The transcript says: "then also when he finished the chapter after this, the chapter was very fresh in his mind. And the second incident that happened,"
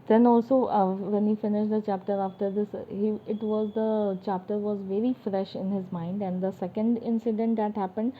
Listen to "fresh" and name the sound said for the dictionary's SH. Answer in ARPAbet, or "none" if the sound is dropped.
SH